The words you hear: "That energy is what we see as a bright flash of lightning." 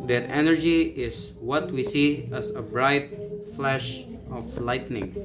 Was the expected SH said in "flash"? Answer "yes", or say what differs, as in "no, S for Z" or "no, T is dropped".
yes